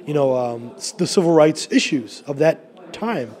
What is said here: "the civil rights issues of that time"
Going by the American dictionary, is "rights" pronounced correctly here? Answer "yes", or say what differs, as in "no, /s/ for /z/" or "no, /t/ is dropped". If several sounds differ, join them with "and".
yes